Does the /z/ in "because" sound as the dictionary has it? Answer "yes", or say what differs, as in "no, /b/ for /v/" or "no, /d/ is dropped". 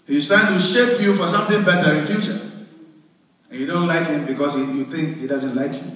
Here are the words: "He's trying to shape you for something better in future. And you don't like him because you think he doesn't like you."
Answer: no, /s/ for /z/